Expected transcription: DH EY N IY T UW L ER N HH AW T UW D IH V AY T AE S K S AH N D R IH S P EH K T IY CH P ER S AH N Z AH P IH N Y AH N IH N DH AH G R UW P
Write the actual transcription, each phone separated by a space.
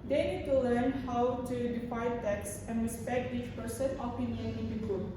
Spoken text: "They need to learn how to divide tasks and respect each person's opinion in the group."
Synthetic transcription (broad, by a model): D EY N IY T UW L ER N HH AW T UW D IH F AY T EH K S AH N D R IH S P EH K T IY CH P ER S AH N AH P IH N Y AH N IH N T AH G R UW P